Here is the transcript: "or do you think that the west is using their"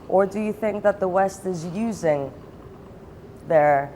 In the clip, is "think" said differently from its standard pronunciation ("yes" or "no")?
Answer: no